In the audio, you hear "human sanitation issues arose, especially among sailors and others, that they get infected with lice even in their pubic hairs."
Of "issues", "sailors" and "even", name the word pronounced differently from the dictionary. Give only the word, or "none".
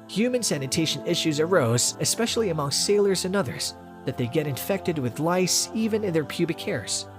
none